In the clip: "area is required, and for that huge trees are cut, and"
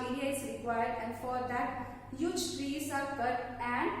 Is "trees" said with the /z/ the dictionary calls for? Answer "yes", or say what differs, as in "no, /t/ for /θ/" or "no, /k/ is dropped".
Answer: no, /s/ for /z/